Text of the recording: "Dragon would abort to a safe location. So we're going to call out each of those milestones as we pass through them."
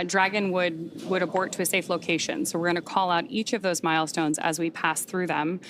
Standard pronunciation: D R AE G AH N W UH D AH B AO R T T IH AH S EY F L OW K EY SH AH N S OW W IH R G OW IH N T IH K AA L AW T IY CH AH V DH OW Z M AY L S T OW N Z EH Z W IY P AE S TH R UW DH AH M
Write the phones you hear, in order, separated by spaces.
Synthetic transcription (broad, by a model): D R AE G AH N W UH D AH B AO R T T IH AH S EY F L OW K EY SH AH N S OW W IH R G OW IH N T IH K AA L AW T IY CH AH V DH OW Z M AY L S T OW N Z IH Z W IY P AE S TH R UW DH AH M